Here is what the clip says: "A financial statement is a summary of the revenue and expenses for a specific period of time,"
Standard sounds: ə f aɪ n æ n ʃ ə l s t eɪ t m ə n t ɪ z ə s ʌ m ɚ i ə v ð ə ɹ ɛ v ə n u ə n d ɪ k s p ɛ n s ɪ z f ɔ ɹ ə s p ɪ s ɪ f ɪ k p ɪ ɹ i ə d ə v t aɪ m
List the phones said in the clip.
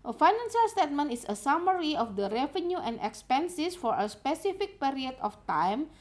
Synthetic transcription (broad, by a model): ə f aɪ n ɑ n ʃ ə l s t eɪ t m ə n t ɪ s ə s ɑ m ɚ i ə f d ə ɹ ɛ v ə n u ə n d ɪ k s p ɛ n s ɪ s f ɔ ɹ ə s p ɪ s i f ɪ k p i ɹ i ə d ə f t aɪ m